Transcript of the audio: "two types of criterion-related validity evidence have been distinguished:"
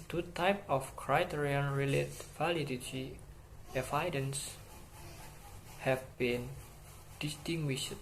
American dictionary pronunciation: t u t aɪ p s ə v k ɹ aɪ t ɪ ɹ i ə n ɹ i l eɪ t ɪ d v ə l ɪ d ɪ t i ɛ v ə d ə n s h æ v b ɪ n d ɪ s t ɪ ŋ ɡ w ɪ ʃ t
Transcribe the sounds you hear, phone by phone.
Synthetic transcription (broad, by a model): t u t aɪ p ə f k ɹ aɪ t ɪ ɹ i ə n ɹ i l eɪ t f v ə l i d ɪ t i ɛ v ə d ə n s h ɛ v b ɪ n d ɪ s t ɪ ŋ ɡ w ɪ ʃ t